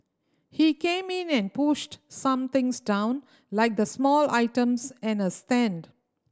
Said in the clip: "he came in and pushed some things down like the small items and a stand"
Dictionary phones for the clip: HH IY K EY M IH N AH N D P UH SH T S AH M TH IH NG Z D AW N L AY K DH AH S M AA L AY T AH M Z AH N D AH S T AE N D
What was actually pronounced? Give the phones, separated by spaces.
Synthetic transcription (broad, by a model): HH IY K EY M IH N AH N D P UH SH T S AH M T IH NG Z D AW N L AY K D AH S M AA L AY T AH M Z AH N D AH S T AE N D